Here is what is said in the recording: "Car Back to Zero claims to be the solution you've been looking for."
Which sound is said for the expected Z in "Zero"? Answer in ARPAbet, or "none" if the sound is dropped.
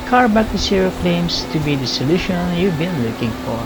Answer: S